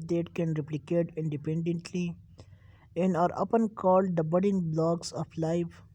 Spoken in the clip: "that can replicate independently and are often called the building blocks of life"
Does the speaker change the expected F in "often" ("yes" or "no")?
yes